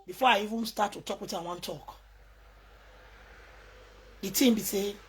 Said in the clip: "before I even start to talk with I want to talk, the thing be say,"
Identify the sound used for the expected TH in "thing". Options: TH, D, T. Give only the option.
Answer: T